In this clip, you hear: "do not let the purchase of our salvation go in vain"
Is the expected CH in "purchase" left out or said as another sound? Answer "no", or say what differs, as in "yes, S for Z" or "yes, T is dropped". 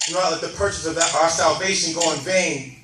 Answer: no